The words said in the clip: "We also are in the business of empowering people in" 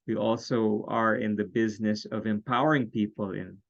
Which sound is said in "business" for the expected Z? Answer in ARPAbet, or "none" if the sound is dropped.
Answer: Z